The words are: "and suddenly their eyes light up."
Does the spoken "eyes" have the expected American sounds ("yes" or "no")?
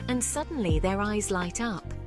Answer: yes